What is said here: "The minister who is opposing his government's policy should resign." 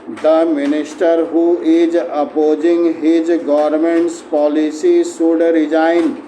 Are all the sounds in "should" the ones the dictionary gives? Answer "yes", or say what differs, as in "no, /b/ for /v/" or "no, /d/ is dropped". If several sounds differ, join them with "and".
no, /s/ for /ʃ/